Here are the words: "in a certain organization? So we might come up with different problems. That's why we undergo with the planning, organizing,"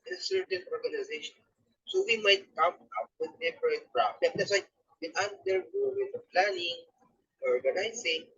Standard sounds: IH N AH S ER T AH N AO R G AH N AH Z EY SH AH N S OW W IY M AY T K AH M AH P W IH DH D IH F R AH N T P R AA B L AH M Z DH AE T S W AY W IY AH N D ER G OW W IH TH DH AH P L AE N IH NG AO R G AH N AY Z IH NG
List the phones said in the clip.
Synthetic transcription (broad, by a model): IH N S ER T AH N AO R G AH N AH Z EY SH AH N S OW W IY M AY T K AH M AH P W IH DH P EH P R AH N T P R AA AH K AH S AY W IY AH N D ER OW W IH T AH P L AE N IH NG AO R G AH N AY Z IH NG